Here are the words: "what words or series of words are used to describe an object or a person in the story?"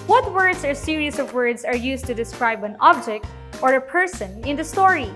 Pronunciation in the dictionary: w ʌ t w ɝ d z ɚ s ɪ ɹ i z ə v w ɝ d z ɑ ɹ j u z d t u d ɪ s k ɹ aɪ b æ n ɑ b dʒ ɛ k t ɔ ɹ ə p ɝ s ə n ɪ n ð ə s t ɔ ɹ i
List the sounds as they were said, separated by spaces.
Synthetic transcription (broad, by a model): w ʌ t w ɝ d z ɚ s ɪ ɹ i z ə v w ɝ d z ɑ ɹ j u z t u d ɪ s k ɹ aɪ b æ n ɑ b dʒ ɛ k t ɔ ɹ ə p ɝ s ə n ɪ n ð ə s t ɔ ɹ i